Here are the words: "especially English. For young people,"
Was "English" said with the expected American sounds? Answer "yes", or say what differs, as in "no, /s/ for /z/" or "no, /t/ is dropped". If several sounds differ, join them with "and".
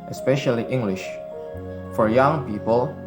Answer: yes